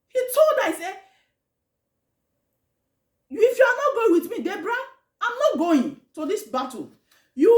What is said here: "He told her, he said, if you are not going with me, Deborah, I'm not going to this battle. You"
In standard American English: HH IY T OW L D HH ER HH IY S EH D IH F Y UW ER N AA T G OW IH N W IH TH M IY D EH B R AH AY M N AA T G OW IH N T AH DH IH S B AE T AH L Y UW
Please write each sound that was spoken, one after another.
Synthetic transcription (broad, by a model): HH IY T OW L D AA HH IY S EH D IH F Y UW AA N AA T G OW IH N W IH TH M IY D EH B R AH AY M N AA T G OW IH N T AH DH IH S B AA T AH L Y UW